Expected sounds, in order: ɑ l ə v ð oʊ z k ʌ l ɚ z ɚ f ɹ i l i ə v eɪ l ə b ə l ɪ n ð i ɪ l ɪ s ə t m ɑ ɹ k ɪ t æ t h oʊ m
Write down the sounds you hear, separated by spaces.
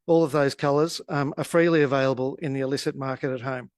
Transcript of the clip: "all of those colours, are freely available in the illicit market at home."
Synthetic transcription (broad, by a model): ɑ l ə v ð oʊ z k ʌ l ɚ z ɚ f ɹ i l i ə v eɪ l ə b ə l ɪ n ð i ɪ l ɪ s ə t m ɑ ɹ k ɪ t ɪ t h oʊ m